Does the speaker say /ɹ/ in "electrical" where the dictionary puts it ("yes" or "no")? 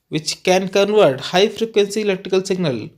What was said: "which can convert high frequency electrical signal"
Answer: no